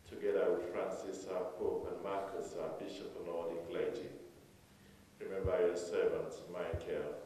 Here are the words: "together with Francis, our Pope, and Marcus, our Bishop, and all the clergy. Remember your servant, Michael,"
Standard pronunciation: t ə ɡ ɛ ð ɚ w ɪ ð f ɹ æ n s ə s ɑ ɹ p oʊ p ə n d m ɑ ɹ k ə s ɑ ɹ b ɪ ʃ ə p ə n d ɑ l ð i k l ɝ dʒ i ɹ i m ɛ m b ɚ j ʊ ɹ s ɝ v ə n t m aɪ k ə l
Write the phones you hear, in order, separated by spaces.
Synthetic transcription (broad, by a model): t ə ɡ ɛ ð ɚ w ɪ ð f ɹ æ n s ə s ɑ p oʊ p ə n m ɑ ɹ k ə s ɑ b ɪ ʃ ə p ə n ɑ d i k l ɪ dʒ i ɹ i m ɛ m b ɚ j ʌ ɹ s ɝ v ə n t m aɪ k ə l